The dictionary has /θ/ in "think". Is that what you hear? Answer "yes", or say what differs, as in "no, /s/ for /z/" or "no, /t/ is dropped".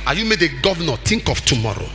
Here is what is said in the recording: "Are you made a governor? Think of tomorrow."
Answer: no, /t/ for /θ/